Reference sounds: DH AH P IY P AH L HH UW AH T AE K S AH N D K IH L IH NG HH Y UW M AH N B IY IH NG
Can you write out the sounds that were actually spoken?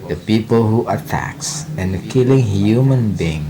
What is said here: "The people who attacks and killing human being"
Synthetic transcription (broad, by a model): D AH P IY P AH L HH UW AH T AE K S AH N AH K IH L IH NG HH Y UW M AH N B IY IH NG